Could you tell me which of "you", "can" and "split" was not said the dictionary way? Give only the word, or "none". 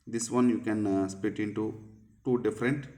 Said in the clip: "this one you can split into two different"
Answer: split